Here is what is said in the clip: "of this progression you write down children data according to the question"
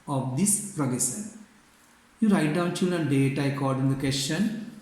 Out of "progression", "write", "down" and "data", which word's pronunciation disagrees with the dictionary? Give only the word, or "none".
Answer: progression